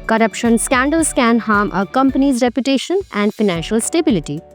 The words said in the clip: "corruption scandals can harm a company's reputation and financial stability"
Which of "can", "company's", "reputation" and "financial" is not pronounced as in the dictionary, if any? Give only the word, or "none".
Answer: none